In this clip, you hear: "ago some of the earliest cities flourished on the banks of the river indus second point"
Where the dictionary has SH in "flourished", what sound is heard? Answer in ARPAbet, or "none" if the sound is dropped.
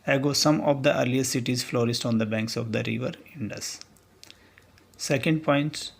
S